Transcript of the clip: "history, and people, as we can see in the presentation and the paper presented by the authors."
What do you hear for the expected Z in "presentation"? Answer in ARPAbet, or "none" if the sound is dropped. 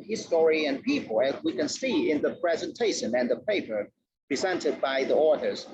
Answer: Z